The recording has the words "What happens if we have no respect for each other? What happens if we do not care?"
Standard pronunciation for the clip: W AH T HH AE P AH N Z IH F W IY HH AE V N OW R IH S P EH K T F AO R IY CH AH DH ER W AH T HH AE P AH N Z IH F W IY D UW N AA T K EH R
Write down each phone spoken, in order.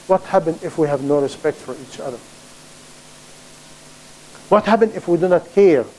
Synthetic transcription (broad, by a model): W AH T HH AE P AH N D IH F W IY HH AE V N OW R IH S P EH K T F AO R IY CH AH DH ER W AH T HH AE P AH N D IH F W IY D UW N AA T K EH R